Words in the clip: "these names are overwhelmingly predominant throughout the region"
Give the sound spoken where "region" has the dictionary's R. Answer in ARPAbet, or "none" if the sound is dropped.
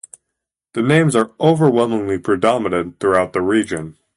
R